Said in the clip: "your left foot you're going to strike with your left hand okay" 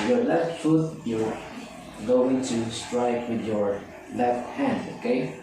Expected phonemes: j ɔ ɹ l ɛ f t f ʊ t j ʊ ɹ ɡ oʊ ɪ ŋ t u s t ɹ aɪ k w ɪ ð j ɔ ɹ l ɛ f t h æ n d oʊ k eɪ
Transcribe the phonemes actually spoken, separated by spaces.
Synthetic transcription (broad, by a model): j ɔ ɹ l ɛ f t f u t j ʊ l ɡ oʊ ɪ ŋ t u s t ɹ aɪ k w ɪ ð j ɔ ɹ l ɛ f t h æ n d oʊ k eɪ